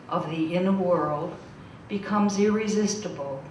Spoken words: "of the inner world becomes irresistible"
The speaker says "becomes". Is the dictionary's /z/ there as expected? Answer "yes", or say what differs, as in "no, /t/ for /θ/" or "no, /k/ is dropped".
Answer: yes